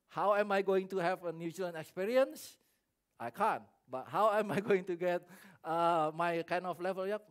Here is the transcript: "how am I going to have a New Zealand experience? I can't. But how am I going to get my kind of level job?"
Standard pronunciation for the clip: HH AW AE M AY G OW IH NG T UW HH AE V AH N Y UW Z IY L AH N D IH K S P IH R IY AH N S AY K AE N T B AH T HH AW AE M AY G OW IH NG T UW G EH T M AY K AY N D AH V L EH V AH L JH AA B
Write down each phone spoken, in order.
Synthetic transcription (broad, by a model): HH AW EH M AY G OW IH NG T UW HH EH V AH N Y UW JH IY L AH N IH K S P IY R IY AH N S AY K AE N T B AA T HH AW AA M AY G OW IH NG T UW G EH T M AY K AY N D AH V L EH V AH L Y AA